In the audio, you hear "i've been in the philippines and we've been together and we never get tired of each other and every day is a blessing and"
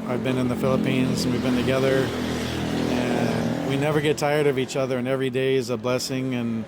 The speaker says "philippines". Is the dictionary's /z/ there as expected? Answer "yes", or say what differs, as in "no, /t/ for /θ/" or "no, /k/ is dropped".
yes